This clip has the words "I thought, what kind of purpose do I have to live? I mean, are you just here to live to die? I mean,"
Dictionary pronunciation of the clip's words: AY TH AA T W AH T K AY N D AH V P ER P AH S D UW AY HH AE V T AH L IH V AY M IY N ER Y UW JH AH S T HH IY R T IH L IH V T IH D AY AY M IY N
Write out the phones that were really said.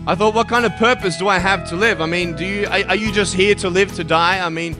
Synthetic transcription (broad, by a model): AY TH AA T W AH T K AY N D AH V P ER P AH S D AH AY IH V T AH L IH V AY M IY N ER Y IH JH AH S T HH IY R T IH L IH V T IH D AY AY M IY N